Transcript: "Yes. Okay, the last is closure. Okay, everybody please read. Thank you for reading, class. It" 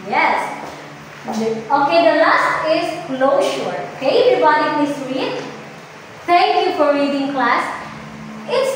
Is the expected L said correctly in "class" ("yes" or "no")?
yes